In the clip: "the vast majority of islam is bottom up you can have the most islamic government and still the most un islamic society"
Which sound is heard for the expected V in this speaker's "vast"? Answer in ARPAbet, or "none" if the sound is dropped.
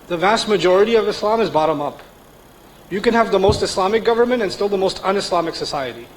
V